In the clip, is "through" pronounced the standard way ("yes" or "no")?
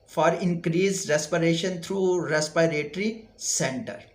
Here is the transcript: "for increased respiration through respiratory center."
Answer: no